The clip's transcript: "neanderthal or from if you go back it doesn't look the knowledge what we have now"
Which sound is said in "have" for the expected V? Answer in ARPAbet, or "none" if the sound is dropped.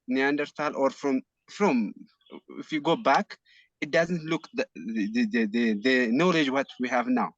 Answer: V